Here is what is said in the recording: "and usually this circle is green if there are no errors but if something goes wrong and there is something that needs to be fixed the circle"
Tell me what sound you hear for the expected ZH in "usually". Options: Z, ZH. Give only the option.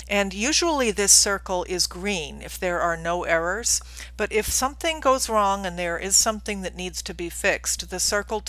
ZH